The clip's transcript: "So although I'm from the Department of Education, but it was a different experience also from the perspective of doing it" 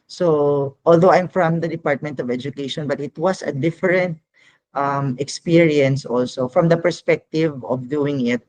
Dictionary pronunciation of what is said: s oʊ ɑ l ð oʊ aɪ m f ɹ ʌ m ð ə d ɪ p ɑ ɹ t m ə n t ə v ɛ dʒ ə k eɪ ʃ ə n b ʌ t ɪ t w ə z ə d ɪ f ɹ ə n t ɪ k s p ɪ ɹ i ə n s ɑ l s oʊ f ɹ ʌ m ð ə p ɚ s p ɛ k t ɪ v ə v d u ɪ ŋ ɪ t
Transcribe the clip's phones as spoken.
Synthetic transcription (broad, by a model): s oʊ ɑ l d oʊ aɪ m f ɹ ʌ m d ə d ɪ p ɑ ɹ t m ə n t ə v ɛ dʒ ə k eɪ ʃ ə n b ʌ t ɪ t w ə s ə d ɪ f ɹ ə n t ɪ k s p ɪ ɹ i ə n s ɑ l s oʊ f ɹ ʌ m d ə p ɚ s p ɛ k t ɪ v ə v d u ɪ ŋ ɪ t